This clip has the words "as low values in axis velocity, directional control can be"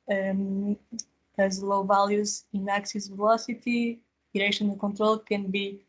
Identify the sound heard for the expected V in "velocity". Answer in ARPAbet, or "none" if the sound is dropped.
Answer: V